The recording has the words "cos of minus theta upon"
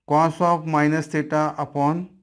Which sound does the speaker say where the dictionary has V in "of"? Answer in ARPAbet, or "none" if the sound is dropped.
P